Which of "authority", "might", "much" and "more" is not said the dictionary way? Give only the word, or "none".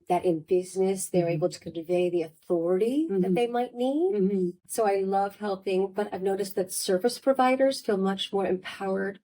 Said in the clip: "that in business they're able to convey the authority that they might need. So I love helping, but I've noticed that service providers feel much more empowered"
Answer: none